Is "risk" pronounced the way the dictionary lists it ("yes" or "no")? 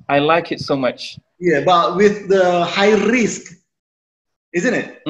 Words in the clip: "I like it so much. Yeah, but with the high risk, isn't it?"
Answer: yes